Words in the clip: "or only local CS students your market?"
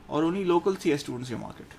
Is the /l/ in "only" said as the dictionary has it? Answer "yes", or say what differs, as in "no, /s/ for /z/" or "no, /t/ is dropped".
no, /l/ is dropped